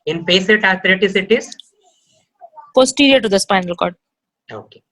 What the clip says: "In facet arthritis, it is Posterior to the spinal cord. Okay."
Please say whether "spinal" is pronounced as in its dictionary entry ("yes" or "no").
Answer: yes